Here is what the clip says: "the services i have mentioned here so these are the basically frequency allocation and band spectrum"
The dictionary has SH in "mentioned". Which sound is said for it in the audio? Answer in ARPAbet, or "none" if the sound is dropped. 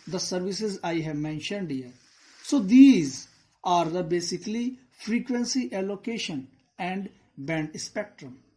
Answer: SH